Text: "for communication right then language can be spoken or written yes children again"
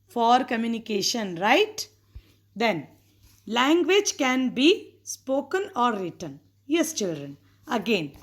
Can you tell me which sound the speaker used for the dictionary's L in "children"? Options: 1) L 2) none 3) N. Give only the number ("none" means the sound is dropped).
1